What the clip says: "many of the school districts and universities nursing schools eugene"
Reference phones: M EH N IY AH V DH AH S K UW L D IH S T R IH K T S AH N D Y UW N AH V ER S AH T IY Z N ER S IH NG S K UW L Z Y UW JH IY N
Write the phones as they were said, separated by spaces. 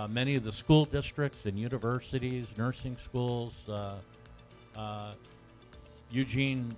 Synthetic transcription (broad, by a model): M EH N IY AH V DH AH S K UW L D IH S T R IH K T S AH N Y UW N AH V ER S AH T IY Z N ER S IH NG S K UW L Z Y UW JH IY N